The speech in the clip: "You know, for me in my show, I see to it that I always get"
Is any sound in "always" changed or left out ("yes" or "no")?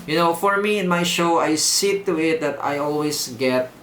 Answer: yes